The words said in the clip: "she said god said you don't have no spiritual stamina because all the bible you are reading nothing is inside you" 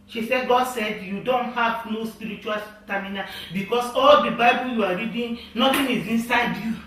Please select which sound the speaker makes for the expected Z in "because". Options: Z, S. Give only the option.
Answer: S